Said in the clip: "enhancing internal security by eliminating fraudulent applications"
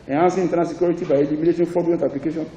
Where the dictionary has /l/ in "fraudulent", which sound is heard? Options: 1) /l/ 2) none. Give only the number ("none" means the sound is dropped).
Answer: 2